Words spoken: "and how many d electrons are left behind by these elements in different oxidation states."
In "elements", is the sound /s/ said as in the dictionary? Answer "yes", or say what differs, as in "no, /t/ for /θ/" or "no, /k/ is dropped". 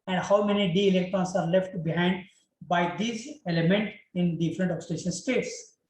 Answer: no, /s/ is dropped